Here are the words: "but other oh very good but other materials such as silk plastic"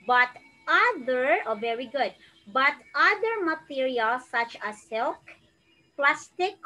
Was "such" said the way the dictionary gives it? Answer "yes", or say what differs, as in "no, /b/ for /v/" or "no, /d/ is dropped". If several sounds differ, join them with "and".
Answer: yes